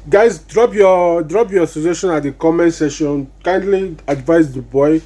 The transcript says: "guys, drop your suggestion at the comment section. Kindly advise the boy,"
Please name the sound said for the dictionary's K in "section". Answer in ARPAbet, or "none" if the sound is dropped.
none